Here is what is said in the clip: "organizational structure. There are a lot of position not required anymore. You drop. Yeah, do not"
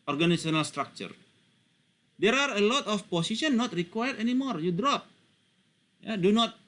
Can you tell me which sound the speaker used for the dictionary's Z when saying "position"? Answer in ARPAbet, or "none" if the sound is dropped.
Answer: S